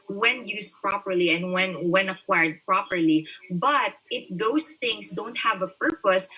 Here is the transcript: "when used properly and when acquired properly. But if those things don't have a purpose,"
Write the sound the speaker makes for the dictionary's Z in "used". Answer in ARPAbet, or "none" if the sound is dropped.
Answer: S